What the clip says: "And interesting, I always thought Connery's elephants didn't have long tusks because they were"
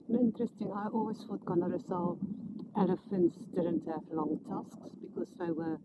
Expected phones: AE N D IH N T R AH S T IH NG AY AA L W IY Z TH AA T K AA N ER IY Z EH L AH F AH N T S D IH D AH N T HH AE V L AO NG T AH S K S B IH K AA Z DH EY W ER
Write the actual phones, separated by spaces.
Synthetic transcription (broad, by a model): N IH N T R AH S T IH NG AY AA L W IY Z F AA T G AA N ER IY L EH L AH F AH N T S D IH D AH N T HH AE V L AO NG T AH S K S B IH K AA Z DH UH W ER